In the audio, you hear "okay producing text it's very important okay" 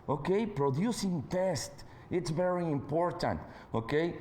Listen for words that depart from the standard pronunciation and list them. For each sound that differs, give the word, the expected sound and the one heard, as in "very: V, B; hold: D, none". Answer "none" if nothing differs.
text: K, none